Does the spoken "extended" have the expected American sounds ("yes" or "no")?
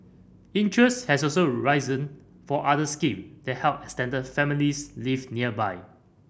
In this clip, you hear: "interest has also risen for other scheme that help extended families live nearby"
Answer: no